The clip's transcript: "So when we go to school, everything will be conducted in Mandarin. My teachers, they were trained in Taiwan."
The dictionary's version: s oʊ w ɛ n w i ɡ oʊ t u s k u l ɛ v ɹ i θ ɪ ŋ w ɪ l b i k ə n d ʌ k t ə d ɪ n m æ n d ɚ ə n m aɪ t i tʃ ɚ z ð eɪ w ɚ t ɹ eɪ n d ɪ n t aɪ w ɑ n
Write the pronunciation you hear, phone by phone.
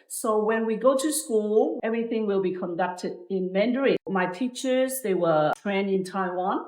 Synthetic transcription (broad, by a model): s oʊ w ɛ n w i ɡ oʊ t u s k u l ɛ v ɹ i θ ɪ ŋ w ɪ l b i k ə n d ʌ k t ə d ɪ n m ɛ n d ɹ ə m aɪ t i tʃ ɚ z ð eɪ w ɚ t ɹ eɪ n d ɪ n t aɪ w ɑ n